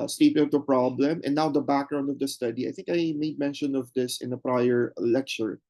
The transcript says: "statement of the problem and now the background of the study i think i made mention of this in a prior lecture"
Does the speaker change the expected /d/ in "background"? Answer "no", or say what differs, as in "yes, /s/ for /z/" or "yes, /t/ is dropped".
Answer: no